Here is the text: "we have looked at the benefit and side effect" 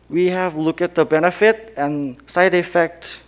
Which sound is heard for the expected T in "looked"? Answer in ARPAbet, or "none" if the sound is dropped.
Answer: none